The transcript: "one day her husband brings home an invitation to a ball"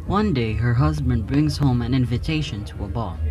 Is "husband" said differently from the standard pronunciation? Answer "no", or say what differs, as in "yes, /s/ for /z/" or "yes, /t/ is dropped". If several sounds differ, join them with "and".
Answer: no